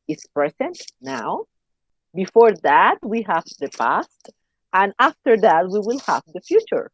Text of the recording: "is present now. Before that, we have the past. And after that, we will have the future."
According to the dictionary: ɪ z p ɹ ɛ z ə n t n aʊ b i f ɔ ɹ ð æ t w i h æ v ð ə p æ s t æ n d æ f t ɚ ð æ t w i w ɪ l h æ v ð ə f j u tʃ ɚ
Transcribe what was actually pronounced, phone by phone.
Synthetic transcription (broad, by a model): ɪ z p ɹ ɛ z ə n t n aʊ b i f ɔ ɹ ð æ t w i h æ v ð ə p æ s t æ n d æ f t ɚ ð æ t w i w ɪ l h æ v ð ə f j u tʃ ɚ